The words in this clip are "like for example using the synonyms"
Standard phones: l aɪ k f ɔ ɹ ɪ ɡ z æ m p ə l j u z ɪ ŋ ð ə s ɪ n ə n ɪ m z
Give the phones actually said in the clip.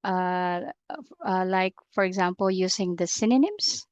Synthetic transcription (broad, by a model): l aɪ k f ɔ ɹ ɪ ɡ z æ m p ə l j u s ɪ ŋ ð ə s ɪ n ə n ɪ m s